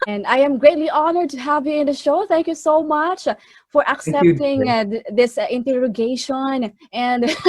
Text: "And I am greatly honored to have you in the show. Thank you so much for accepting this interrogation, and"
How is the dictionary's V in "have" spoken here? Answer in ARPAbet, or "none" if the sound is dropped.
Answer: V